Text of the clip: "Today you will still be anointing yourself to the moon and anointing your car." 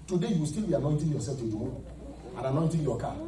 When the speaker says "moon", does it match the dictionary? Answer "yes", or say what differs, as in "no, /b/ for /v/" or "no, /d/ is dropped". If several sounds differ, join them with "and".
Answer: no, /n/ is dropped